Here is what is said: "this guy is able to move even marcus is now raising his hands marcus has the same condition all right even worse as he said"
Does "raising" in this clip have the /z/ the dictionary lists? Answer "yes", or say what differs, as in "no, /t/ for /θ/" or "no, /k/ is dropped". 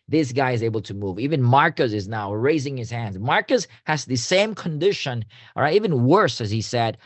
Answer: yes